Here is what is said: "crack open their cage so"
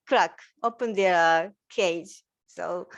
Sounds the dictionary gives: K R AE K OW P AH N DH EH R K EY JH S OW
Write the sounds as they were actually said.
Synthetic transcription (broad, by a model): K R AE K OW P AH N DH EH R K EY JH S OW